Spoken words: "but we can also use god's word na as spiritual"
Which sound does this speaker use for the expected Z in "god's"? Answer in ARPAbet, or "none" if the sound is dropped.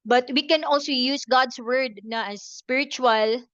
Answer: S